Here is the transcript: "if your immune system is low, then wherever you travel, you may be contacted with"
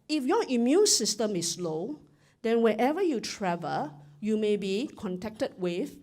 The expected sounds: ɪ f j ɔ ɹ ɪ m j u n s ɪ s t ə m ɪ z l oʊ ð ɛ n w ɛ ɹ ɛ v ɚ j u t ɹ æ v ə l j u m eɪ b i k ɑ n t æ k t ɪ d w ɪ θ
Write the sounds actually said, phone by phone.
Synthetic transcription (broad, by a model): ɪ f j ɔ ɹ ɪ m j u n s ɪ s t ə m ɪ s l oʊ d ɛ n w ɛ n ɛ v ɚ j u t ɹ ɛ v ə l j u m eɪ b i k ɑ n t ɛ k t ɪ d w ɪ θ